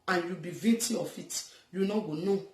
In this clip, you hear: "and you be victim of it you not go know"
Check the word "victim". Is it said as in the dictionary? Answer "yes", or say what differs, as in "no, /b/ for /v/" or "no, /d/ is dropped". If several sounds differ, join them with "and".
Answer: no, /k/ is dropped and /m/ is dropped